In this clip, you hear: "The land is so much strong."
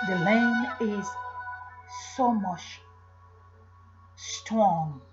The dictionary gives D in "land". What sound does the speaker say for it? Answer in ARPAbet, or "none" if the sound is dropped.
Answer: none